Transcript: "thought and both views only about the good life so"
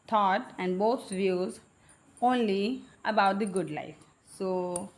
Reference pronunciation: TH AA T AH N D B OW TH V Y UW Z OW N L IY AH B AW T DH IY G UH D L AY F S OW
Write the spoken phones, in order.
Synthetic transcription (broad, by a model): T AA T AH N D B OW T V Y UW Z OW N L IY AH B AW T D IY G UH D L AY F S OW